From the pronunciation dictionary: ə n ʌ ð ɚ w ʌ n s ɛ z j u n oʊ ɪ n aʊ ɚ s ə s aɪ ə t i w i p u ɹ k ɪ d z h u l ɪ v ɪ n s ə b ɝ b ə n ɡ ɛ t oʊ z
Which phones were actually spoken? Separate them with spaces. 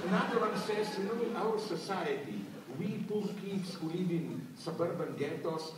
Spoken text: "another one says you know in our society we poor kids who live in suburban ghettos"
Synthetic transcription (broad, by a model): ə n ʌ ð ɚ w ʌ n s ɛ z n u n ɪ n aʊ ɚ s ə s aɪ ə t i w i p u l k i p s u l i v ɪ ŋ s ə b ɝ b ə n ɡ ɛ t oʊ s